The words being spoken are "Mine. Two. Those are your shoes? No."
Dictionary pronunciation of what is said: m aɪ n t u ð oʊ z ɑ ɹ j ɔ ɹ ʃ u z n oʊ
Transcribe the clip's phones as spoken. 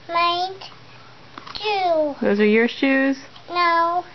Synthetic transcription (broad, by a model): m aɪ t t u ð oʊ z ɑ ɹ j ɔ ɹ ʃ u z n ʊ